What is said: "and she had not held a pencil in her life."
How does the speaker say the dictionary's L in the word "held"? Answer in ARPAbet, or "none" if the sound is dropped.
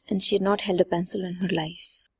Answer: L